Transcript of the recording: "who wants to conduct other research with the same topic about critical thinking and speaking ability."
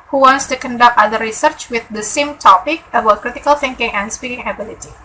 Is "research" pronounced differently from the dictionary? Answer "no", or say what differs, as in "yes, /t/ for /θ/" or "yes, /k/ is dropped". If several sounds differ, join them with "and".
no